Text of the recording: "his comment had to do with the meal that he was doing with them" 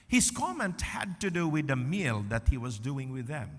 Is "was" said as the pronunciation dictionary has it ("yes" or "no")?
yes